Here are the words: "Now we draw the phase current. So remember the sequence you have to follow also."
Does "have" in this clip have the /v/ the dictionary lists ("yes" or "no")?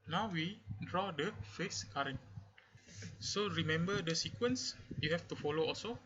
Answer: no